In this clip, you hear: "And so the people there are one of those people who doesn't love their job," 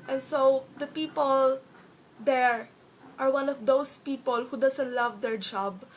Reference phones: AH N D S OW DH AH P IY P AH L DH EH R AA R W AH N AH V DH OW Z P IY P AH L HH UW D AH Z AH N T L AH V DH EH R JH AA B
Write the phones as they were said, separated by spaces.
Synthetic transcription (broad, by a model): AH N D S OW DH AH P IY P AH L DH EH R AA R W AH N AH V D OW S P IY P AH L HH UW D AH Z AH N T L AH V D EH R JH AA B